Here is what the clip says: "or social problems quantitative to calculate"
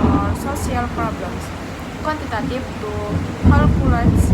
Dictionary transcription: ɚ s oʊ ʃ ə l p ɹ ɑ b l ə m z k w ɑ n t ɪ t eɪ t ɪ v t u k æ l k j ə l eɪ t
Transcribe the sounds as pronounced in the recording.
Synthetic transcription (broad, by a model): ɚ s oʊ s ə l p ɹ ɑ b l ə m s k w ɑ n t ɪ t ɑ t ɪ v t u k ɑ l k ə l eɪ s